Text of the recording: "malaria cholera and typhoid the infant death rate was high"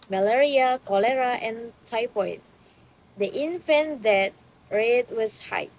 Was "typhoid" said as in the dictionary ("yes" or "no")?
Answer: no